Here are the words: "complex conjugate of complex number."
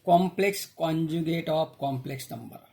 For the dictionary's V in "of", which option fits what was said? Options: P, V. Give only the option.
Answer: P